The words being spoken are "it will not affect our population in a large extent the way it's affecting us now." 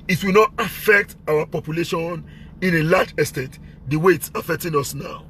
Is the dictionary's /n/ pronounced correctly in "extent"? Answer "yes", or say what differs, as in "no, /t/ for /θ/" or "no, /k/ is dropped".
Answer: no, /n/ is dropped